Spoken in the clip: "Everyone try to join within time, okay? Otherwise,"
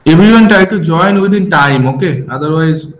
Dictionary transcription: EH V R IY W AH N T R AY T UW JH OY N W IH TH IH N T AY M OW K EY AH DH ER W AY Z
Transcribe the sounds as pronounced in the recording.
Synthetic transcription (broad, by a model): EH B R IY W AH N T AY T UW JH OY N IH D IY N T AY M OW K EY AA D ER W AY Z